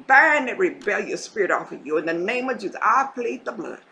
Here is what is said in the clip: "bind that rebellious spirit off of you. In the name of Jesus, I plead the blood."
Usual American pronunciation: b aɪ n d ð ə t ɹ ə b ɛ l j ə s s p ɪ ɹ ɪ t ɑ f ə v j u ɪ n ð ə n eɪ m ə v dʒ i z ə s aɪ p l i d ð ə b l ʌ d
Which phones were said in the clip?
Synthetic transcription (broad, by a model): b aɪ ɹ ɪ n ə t ɹ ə b ɛ l j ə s s p ɪ ɹ ɪ t ɑ f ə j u ɪ n ð ə n eɪ m ə v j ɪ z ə ɪ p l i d ð ə b l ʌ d